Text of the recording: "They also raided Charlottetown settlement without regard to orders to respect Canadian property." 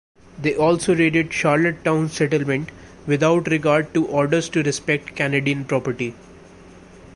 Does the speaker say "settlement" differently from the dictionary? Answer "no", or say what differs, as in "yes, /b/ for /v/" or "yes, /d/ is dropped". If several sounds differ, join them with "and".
no